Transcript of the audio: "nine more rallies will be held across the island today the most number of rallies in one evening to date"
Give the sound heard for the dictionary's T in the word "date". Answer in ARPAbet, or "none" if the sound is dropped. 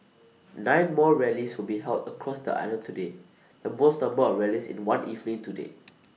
none